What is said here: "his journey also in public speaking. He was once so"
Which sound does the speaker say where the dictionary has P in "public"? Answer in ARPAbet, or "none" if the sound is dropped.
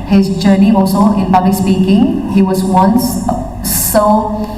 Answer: B